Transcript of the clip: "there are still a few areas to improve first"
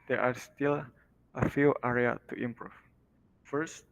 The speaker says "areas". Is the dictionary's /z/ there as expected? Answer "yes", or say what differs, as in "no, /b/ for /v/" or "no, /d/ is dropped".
no, /z/ is dropped